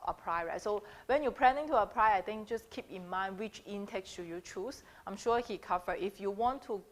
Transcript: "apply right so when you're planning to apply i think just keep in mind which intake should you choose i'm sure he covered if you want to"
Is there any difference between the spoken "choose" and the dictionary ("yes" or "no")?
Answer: yes